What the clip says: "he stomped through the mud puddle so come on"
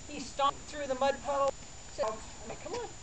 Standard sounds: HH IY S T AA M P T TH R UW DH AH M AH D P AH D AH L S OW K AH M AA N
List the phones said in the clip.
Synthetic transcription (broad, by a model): HH IY S T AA P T TH R UW DH AH M AH D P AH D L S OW K AH M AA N